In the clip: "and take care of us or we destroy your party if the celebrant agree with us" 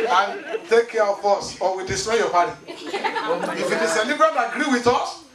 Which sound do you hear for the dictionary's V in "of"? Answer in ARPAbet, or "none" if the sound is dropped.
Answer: B